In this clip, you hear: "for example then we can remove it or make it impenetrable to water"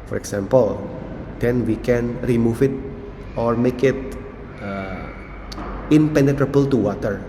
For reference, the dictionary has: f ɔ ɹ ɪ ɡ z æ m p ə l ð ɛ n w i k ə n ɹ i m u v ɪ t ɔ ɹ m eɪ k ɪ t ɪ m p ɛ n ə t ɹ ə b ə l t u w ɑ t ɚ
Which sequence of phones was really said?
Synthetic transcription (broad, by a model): f ɔ ɹ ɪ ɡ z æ m p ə l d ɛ n w i k ə n ɹ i m u f ɪ t ɔ ɹ m eɪ k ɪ t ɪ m p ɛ n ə t ɹ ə b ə l t u w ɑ t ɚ